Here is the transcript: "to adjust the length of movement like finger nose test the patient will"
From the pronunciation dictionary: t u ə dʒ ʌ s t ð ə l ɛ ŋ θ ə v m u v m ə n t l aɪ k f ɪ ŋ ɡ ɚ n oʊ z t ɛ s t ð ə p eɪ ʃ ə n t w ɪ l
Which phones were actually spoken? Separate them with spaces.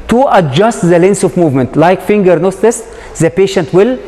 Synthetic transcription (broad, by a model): t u ə dʒ ʌ s t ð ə l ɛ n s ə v m u v m ə n t l aɪ k f ɪ ŋ ɡ ɚ n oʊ s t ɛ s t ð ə p eɪ ʃ ə n t w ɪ l